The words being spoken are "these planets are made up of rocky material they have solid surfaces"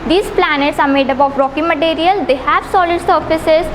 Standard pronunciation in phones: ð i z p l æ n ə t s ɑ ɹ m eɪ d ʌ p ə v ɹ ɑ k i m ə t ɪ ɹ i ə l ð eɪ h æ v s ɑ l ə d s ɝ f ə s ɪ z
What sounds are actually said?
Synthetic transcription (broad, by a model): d i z p l æ n ə t s ɑ ɹ m eɪ d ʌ b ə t ɹ ɑ k i m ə t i ɹ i ə l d eɪ h æ v s ɑ l ə d s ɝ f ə s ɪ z